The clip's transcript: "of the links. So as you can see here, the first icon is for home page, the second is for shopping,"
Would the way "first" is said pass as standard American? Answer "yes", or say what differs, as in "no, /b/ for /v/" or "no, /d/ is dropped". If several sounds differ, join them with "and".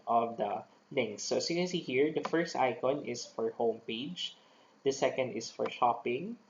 yes